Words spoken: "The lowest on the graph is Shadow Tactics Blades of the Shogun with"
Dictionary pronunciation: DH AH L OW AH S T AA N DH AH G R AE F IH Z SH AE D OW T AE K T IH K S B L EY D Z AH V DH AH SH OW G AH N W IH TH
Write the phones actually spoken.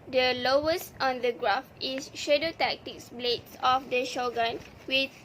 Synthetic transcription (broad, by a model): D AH L OW AH S T AA N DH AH G R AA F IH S SH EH D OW T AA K T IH K S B L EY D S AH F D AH SH OW G AH N W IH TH